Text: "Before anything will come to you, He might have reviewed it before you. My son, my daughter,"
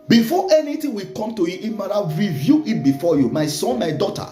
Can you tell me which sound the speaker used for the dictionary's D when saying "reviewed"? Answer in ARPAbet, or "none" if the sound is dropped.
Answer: none